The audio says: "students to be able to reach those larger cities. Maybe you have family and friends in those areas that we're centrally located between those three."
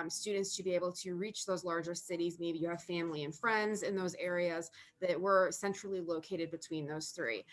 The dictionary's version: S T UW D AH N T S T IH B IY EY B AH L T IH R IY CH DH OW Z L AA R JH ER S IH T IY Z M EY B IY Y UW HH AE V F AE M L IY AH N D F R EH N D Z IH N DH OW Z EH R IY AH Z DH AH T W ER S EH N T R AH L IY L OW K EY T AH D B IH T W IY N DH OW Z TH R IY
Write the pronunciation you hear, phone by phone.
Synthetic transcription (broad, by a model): S T UW D N T S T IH B IY EY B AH L T IH R IY CH DH OW Z L AA R JH ER S IH T IY Z M EY B IY Y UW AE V F AE M L IY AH N F R EH N D Z IH N DH OW Z EH R IY AH Z DH AH T W ER S EH N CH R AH L IY L OW K EY T AH D B IH T W IY N DH OW Z TH R IY